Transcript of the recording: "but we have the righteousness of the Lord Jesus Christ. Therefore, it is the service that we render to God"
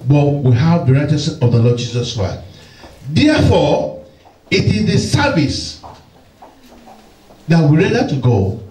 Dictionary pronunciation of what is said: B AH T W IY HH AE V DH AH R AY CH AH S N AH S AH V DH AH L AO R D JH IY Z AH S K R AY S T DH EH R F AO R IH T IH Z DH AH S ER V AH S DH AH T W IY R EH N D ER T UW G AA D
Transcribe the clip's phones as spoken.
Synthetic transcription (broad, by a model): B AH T W IY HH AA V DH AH R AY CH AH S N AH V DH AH L AO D JH IY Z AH S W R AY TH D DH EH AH F AO IH T IH Z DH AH S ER V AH S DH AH T W IY R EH D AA T UW G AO